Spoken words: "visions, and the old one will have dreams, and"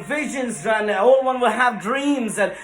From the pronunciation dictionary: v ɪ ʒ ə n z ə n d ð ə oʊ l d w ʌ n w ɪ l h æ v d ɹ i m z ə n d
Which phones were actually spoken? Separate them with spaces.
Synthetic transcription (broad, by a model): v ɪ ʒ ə n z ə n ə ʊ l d w ʌ n w ɪ l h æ v d ɹ i m z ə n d